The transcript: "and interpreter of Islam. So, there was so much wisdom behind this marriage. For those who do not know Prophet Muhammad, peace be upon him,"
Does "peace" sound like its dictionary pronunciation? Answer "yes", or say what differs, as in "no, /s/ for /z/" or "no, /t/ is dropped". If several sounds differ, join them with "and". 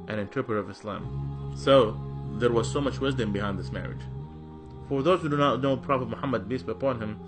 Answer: no, /b/ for /p/